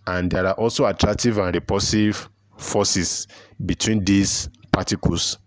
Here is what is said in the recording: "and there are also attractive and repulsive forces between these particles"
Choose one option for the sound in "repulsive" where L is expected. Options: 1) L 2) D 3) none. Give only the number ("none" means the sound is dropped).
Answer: 3